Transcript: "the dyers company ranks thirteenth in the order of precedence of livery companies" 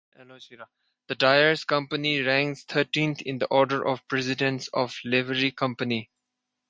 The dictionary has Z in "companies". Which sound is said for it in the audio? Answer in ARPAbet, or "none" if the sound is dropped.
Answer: none